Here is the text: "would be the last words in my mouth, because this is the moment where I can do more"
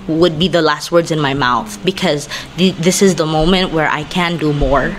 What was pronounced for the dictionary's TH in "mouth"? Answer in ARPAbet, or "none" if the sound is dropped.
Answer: TH